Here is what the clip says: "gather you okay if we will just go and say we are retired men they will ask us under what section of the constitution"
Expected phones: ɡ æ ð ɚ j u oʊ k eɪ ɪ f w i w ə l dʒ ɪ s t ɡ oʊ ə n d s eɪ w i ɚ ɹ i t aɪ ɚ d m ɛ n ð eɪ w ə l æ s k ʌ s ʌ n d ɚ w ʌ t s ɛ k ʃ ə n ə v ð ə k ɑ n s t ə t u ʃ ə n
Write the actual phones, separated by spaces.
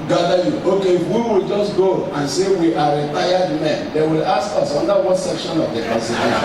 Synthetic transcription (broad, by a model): ɡ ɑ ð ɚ j u oʊ k eɪ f w i w ə l dʒ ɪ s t ɡ oʊ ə n s eɪ w i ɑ ɹ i t aɪ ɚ d m ɛ n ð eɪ w ə l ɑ s k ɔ s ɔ n d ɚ w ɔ t s ɛ k ʃ ə n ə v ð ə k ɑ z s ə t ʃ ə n